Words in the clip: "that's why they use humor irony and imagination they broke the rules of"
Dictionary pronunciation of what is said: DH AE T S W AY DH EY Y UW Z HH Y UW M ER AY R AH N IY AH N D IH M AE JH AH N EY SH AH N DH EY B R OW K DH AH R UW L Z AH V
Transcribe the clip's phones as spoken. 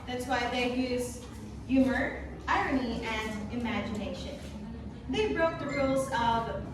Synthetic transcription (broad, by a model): DH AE T S W AY DH EY Y UW Z Y UW M ER AY R AH N IY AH N IH M AE JH AH N EY SH AH N DH EY B R OW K DH AH R UW L Z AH V